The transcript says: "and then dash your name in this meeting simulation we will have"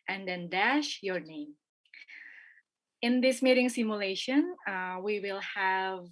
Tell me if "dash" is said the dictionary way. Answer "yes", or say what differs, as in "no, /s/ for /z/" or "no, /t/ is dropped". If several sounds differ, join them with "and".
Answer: yes